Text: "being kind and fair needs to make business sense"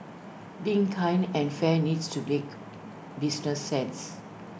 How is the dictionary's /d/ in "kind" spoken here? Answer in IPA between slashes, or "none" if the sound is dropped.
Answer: none